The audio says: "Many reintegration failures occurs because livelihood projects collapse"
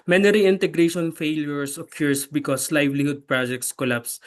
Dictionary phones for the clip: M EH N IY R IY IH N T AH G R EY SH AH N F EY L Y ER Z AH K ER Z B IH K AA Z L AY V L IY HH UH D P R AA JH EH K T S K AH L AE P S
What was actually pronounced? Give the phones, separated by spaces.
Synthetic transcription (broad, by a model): M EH N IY R IY IH N T AH G R EY SH AH N F EY L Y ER S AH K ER S B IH K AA S L AY V L IY HH UH D P R AA JH EH K T S K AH L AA P S